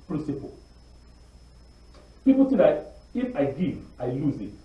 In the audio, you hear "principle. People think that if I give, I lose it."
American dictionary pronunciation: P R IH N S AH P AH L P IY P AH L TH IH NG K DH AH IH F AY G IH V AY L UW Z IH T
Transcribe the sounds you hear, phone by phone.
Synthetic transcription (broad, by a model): P R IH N S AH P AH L P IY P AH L T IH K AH IH F AY G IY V AY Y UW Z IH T